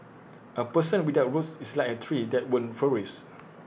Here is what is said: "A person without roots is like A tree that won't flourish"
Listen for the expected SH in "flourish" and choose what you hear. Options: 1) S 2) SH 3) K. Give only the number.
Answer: 1